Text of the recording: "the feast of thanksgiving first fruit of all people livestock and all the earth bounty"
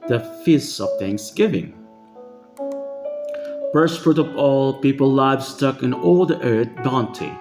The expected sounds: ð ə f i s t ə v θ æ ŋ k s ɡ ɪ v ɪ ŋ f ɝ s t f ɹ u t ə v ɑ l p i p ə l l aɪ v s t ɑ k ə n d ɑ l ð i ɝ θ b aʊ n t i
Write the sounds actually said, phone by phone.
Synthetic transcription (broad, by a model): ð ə f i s ə v θ æ ŋ k s ɡ ɪ v ɪ ŋ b ɝ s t f ɹ u t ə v ɑ l p i p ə l l aɪ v s t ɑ k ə n ɑ l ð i ɝ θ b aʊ n t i